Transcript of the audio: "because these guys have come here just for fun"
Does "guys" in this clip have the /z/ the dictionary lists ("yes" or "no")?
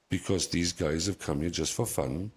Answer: yes